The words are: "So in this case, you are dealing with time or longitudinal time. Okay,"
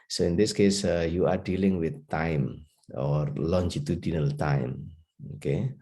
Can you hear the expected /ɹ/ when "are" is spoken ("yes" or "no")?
yes